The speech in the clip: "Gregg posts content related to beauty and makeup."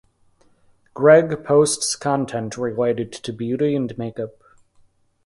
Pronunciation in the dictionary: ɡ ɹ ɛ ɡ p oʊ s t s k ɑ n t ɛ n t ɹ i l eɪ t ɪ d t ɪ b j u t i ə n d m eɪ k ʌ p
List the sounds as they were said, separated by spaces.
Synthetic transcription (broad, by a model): ɡ ɹ ɛ ɡ p oʊ s t s k ɑ n t ɛ n t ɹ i w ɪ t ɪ d t ɪ b j u t i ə n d m eɪ k ʌ p